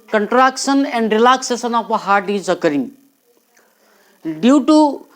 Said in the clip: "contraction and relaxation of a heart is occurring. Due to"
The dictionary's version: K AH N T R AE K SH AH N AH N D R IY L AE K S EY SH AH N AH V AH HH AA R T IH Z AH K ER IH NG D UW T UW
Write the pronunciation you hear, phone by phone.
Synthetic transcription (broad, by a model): K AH N T R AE K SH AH N AH N D R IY L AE K S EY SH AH N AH P AH HH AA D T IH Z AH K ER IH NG D UW T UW